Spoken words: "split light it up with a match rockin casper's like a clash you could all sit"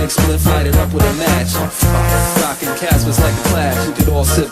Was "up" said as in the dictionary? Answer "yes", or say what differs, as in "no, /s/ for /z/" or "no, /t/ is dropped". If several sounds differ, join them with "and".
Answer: yes